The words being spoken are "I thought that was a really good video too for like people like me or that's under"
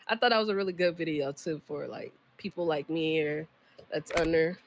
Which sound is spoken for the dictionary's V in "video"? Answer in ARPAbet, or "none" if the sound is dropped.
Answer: V